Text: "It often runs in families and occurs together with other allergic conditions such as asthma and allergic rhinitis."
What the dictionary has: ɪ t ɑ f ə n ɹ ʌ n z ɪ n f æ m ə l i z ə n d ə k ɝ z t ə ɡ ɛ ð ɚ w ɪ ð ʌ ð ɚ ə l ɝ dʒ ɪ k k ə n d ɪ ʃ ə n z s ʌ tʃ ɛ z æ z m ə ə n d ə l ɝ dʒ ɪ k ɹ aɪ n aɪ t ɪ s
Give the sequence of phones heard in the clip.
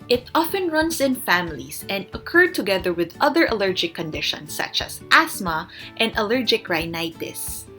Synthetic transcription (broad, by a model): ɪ t ɑ f ə n ɹ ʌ n s ɪ n f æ m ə l i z ə n d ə k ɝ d t ə ɡ ɛ ð ɚ w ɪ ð ʌ ð ɚ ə l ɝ dʒ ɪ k k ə n d ɪ ʃ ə n s ʌ tʃ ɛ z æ s m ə ə n d ə l ɝ dʒ ɪ k ɹ aɪ n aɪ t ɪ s